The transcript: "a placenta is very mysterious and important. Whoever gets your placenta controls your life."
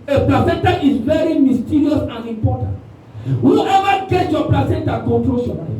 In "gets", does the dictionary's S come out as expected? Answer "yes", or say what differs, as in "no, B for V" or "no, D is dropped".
no, S is dropped